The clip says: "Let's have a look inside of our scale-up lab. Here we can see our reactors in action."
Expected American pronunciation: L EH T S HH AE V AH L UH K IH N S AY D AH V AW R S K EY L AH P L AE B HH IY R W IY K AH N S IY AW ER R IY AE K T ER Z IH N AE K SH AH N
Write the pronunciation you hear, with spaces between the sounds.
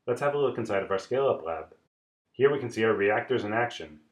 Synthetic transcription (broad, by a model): L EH T S HH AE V AH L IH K IH N S AY D AH V AW R S K EY L AH P L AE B HH IY R W IY K AH N S IY AW ER R IY AE K T ER Z IH N AE K SH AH N